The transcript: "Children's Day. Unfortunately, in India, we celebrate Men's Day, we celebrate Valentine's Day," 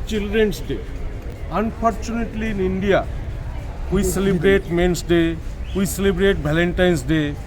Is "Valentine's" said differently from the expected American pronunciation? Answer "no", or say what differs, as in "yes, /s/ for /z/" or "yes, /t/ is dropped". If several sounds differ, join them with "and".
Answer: yes, /b/ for /v/ and /s/ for /z/